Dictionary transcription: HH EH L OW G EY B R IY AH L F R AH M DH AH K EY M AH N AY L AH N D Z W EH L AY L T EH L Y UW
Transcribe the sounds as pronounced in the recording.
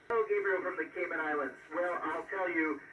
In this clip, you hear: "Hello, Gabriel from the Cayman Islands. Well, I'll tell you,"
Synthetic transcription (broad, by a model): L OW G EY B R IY F R AH M DH AH K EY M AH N AY L AH N D Z W EH L AY L T EH L Y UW